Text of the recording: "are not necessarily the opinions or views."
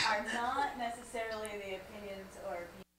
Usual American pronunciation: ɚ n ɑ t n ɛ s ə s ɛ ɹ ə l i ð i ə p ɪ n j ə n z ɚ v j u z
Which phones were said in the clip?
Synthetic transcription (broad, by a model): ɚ n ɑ t n ɛ s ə s ɛ ɹ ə l i ð i ə p ɪ n j ə n z ɚ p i